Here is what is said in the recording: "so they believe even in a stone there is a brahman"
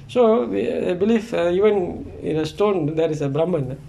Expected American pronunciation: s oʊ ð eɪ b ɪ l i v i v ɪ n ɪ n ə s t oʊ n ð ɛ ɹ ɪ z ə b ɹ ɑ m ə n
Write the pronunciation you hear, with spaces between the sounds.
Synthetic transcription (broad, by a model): s oʊ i b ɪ l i f i v ɪ n ɪ n ə s t oʊ n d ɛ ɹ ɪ s ə b ɹ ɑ m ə n